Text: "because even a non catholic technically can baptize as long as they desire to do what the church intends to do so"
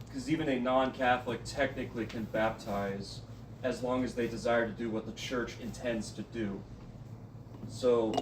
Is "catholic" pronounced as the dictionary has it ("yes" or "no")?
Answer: yes